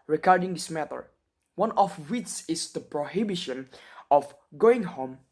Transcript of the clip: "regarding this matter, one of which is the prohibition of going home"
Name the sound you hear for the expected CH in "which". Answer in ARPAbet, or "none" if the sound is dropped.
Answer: S